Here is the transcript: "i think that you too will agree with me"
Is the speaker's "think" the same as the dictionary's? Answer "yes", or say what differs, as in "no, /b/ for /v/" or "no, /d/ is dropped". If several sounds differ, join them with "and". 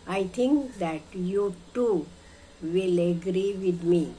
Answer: no, /t/ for /θ/